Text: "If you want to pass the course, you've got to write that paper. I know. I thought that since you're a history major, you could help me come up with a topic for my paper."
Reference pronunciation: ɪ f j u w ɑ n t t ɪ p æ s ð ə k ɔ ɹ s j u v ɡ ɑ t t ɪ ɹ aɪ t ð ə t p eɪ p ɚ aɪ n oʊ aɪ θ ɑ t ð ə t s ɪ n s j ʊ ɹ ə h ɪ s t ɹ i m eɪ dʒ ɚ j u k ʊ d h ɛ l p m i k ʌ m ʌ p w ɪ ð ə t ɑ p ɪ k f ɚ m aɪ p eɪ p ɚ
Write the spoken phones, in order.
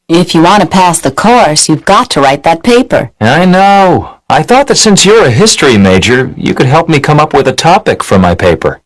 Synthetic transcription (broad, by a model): ɪ f j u w ɑ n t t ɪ p æ s ð ə k ɔ ɹ s j u v ɡ ɑ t t ɪ ɹ aɪ t ð ə t p eɪ p ɚ aɪ n oʊ aɪ θ ɑ t ð ə t s ɪ n s j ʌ ɹ ə h ɪ s t ɹ i m eɪ dʒ ɚ j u k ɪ d h ɛ l p m i k ʌ m ʌ p w ɪ ð ə t ɑ p ɪ k f ɚ m aɪ p eɪ p ɚ